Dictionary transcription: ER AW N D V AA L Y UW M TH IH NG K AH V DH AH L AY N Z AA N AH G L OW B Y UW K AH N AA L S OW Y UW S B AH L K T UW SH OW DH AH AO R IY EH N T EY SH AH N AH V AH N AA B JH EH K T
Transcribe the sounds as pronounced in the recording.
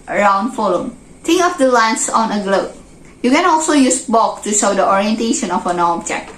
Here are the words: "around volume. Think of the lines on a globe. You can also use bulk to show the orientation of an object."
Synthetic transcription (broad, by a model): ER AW N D F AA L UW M T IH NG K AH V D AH L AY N S AA N AH G L OW B Y UW K AH N AA L S OW Y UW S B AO K T UW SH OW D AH AO R IY EH N T EY SH AH N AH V AH N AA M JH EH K